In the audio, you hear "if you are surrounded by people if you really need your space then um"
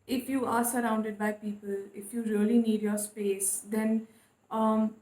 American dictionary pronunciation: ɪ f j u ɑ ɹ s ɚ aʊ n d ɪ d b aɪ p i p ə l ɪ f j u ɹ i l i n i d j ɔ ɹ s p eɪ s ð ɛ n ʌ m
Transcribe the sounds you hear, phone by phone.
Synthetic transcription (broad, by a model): ɪ f j u ɑ ɹ s ɚ aʊ n d ɪ d b aɪ p i p ə l ɪ f j u ɹ i l i n i d j ɔ ɹ s p eɪ s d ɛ n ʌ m